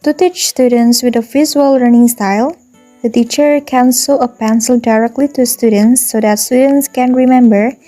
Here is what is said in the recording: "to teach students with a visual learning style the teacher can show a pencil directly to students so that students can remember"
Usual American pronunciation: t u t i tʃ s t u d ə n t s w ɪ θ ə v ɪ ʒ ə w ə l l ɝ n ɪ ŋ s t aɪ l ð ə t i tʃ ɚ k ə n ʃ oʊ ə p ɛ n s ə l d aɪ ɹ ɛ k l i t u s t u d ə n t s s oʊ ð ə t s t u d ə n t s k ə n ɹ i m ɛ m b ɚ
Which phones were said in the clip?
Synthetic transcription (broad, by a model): t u t i tʃ s t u d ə n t s w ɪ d ə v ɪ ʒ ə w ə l l ɝ n ɪ ŋ s t aɪ l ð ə t i tʃ ɚ k ə n s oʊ ə p ɛ n s ə l d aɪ ɹ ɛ k l i t u s t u d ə n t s s oʊ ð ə t s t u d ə n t s k ə n ɹ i m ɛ m b ɚ